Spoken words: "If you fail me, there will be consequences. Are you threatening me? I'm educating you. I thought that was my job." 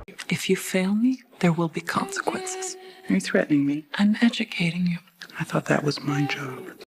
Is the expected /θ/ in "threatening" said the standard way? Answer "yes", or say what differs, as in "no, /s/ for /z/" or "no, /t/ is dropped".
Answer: yes